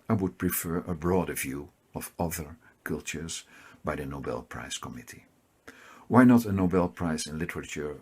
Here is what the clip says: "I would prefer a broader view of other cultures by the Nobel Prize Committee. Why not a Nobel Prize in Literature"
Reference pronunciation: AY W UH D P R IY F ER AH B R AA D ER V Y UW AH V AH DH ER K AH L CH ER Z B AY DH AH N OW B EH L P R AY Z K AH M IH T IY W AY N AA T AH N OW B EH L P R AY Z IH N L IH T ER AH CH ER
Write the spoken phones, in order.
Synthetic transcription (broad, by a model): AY W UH D P R IY F ER AH B R AA D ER V Y UW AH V AH DH ER K AH L CH ER Z B AY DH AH N OW B EH L P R AY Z K AH M IH T IY W AY N AA T AH N OW B EH L P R AY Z IH N L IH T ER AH CH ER